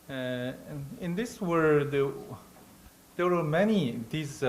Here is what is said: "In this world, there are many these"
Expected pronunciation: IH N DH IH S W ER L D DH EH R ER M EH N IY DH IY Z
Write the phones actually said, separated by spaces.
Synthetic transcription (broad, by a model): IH N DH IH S W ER D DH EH W ER M EH N IY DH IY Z